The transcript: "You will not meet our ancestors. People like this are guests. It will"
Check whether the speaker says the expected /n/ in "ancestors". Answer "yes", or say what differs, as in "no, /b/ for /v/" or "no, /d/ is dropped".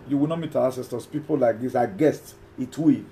no, /n/ is dropped